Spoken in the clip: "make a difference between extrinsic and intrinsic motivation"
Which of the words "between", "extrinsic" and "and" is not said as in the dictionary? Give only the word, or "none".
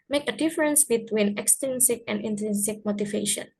extrinsic